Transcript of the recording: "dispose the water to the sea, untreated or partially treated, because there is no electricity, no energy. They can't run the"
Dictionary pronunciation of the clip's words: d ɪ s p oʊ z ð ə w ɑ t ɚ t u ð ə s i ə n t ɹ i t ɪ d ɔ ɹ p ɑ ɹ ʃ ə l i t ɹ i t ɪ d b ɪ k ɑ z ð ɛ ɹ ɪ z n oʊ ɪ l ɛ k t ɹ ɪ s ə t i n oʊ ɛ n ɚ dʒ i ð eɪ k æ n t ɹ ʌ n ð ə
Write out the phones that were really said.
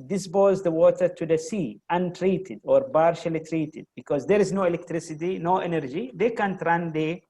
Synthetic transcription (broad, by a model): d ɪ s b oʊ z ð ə w ɑ t ɚ t u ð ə s i ə n t ɹ i t ɪ d ɔ ɹ b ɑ ɹ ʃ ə l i t ɹ i t ɪ d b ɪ k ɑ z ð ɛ ɹ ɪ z n oʊ ɪ l ɛ k t ɹ ɪ s ə t i n oʊ ɛ n ɚ dʒ i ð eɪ k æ n t ɹ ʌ n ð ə